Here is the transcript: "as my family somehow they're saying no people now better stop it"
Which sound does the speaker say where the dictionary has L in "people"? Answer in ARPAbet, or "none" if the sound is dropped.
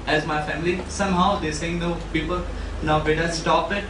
L